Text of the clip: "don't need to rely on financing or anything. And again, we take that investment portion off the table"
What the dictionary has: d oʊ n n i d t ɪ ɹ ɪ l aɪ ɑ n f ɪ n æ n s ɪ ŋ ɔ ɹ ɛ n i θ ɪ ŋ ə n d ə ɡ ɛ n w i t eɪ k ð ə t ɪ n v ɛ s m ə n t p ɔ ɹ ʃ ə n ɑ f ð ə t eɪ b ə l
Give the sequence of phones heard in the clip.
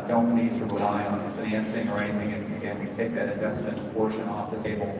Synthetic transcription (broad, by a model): d oʊ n n i d t ɪ ɹ ɪ l aɪ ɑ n f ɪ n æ n s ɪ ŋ ɹ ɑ i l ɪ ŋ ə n ə ɡ ɛ n w i t eɪ k ð ə t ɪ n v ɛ s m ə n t p ɔ ɹ ʃ ə n ɑ f ð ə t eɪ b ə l